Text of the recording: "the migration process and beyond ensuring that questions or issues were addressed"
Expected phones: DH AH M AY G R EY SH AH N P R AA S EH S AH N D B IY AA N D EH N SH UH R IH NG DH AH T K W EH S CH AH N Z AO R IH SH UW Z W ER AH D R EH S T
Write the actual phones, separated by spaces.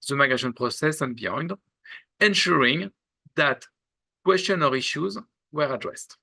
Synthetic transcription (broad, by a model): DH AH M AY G EY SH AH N P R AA S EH S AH N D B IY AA N D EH N SH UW R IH NG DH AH T K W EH S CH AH N AO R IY SH UW Z W ER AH D R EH S T